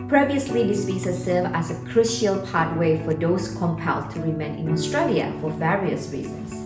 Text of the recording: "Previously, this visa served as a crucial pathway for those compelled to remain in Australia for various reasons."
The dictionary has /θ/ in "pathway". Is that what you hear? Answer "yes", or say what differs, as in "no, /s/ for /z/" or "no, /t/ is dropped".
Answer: no, /t/ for /θ/